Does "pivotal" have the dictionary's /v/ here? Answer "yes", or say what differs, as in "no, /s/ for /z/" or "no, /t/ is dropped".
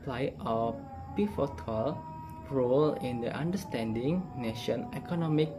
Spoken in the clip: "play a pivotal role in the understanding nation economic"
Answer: no, /f/ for /v/